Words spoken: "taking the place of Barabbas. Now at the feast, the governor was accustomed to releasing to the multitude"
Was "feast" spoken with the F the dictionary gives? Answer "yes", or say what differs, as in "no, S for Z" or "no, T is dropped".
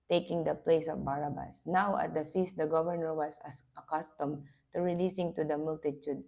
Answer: yes